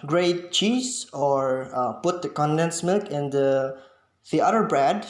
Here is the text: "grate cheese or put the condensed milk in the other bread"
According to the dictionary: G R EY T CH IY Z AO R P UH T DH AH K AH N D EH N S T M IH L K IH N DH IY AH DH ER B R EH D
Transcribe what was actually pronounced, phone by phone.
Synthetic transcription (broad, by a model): G R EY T CH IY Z AO R P UH T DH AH K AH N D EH N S M IH L K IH N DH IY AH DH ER B R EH D